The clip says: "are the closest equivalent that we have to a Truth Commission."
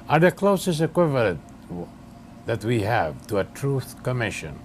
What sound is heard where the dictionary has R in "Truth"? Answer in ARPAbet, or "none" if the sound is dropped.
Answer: R